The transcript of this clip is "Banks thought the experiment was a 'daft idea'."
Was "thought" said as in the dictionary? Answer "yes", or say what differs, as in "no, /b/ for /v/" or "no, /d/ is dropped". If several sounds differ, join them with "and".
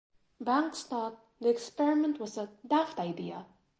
no, /t/ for /θ/